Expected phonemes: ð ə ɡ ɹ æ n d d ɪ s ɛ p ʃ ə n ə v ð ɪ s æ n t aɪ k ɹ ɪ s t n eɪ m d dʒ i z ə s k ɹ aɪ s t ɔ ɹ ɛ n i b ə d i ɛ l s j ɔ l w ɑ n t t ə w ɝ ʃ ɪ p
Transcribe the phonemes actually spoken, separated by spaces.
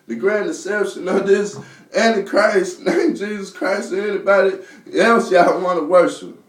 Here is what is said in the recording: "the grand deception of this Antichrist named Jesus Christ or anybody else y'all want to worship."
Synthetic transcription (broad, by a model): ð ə ɡ ɹ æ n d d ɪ s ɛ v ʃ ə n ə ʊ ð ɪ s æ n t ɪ k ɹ ɪ s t n eɪ m dʒ i z ə s k ɹ aɪ s t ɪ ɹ ɛ n i b ə d i ɛ l s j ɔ n w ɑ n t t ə w ɝ ʃ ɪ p